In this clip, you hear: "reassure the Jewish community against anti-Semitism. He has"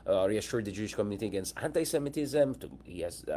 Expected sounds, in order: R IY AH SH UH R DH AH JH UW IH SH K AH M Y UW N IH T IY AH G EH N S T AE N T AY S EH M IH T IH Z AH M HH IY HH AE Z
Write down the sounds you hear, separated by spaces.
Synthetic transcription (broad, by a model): R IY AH SH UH R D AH JH UW IH SH K AH M Y UW N IH T IY AH G EH N S T AE N T AY S EH M IH T IH Z AH M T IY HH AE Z